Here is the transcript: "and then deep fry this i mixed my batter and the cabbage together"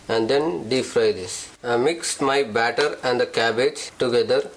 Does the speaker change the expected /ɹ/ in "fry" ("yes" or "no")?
no